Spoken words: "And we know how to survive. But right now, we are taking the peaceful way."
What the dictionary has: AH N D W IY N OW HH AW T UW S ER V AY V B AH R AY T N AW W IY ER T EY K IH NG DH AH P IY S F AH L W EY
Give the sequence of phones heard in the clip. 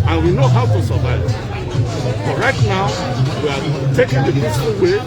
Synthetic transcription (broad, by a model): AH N W IY N OW HH AW T UW S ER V AY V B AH R AY T N AW W IY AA T EY K IH NG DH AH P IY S AH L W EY